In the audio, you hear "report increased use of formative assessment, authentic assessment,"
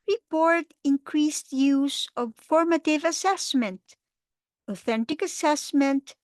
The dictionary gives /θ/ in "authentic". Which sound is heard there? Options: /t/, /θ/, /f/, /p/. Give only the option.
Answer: /θ/